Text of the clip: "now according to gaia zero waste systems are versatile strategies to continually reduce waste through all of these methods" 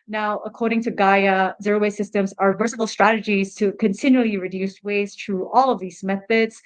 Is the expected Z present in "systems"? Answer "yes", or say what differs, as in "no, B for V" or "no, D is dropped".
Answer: yes